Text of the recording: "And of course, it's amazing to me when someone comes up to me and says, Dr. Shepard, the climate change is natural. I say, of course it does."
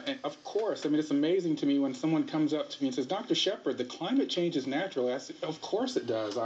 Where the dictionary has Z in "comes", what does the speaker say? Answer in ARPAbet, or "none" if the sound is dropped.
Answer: Z